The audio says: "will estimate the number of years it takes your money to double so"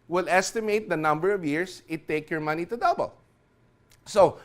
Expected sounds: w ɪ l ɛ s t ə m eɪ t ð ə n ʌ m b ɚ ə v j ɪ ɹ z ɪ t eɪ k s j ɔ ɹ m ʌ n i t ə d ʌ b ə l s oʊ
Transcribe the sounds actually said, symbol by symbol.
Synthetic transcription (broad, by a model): w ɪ l ɛ s t ə m eɪ t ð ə n ʌ m b ɚ ə v j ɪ ɹ s ɪ t eɪ k j ɔ ɹ m ʌ n i t ə d ʌ b ə l s oʊ